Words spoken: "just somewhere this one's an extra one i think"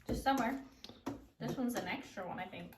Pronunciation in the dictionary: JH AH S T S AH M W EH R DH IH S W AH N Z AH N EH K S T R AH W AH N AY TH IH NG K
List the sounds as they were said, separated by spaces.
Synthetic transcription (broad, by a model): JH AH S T S AH M W EH R DH IH S W AH N Z AH N EH K S T R AH W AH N AY TH IH NG K